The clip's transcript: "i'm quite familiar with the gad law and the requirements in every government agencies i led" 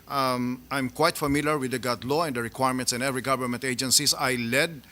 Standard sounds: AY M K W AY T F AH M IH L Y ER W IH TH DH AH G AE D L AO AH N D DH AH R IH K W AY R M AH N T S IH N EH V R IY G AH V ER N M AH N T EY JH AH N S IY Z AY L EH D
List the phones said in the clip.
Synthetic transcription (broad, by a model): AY M K W AY T F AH M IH L Y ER W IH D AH G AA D L AO AH N D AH R IH K W AY R M AH N T S IH N EH V R IY G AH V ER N M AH N T EY JH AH N S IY S AY L EH D